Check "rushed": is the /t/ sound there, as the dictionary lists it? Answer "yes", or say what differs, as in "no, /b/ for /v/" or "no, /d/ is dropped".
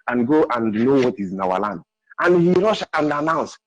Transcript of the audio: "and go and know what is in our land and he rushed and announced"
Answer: no, /t/ is dropped